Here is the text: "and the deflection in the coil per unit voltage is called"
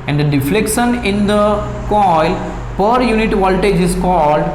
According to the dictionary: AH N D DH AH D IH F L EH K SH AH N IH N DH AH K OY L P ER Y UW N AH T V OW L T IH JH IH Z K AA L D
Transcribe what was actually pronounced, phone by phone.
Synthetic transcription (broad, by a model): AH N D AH D IH F L EH K SH AH N IH N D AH K OY L P ER Y UW N AH T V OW L T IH JH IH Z K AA L D